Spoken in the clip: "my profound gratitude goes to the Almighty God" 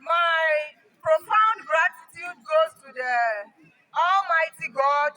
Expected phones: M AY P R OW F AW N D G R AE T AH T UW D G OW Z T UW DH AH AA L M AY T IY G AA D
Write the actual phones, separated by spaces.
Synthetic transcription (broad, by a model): M AY P R OW F AW N D G R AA T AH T UW D G OW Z T UW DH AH AA L M AY T IY G AA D